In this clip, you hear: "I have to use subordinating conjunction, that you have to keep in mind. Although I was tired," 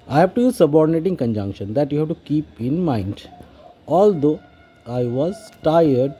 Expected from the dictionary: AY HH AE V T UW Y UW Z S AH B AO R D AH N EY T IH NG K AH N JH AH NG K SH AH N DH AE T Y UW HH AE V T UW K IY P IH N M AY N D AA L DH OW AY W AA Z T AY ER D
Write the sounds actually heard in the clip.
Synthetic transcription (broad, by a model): AY HH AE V T UW Y UW Z S AH B AO R D AH N EY T IH NG K AH N JH AH NG K SH AH N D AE T Y UW HH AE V T UW K IY P IH N M AY N D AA L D OW AY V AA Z T AY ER D